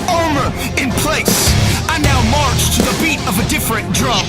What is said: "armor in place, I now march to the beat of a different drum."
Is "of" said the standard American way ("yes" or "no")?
yes